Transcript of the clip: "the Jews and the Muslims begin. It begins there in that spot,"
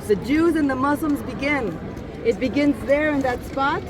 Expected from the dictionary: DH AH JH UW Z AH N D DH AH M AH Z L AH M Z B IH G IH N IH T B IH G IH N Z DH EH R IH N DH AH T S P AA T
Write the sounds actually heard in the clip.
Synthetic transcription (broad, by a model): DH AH JH UW Z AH N DH AH M AH Z L AH M Z B IH G IH N IH T B IH G IH N Z DH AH R IH N DH AH T S P AA T